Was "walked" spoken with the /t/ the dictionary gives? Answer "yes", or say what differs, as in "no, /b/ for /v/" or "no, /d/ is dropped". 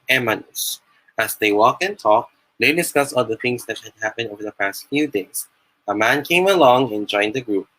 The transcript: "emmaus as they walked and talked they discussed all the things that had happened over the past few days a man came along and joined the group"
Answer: no, /t/ is dropped